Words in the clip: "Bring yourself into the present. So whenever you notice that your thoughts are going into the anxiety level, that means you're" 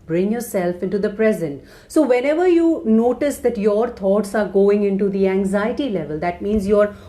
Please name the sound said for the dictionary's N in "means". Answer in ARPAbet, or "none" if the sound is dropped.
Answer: N